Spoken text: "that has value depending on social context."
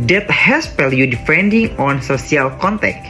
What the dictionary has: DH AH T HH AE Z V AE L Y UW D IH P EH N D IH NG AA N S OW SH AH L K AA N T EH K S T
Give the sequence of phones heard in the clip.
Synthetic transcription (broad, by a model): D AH T HH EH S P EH L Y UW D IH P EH N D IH NG AA N S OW S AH L K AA N T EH K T